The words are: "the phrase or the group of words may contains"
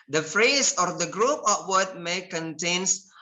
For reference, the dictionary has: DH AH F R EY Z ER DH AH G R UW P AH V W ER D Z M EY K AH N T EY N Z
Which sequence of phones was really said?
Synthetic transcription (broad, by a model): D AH F R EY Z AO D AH G R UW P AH P W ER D M EY K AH N T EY N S